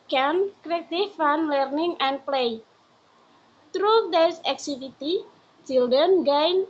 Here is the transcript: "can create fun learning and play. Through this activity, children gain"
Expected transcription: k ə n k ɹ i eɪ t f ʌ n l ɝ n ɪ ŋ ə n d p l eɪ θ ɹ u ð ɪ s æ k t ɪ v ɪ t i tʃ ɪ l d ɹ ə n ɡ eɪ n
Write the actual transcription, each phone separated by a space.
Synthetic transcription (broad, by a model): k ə n k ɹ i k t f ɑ n l ɝ n ɪ ŋ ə n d p l eɪ t ɹ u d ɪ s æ k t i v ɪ t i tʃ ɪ l d ə n ɡ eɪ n